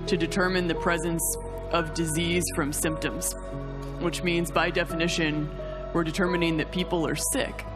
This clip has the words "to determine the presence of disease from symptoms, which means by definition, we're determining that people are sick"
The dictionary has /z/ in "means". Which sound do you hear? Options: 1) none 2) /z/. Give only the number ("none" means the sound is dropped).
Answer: 2